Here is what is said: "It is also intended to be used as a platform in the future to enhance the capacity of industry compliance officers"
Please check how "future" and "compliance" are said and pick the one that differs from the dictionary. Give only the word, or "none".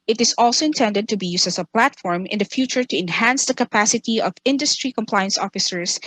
none